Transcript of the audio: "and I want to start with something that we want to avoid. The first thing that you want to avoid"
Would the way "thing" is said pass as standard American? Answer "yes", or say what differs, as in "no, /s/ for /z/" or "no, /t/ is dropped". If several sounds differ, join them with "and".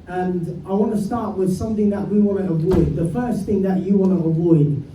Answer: yes